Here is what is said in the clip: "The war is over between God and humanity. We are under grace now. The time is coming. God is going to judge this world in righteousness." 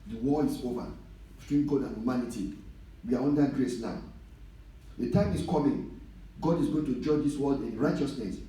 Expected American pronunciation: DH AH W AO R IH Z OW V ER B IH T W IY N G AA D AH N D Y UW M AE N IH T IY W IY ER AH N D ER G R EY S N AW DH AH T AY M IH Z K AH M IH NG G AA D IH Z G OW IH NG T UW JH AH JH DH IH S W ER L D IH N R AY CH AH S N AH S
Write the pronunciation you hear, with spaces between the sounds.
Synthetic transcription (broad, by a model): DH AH W AO L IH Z OW V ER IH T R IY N G AA D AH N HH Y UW M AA N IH T IY W IY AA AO N D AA G R EY S N AW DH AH T AY M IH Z K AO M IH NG G AA D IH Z G OW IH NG T UW JH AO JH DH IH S W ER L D IH N R AY CH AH S N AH S